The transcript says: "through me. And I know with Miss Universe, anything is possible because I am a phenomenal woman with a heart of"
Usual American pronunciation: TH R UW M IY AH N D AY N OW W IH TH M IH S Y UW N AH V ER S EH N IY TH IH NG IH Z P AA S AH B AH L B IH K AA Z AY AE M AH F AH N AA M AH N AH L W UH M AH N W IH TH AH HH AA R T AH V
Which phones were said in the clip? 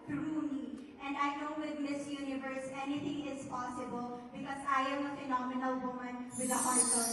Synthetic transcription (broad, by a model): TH R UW M IY AH N D AY N OW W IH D M IH S Y UW N AH V ER S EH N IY T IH NG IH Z P AA S AH B AH L B IH K AA Z AY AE M AH F AH N AA M AH N AH L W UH M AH N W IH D AH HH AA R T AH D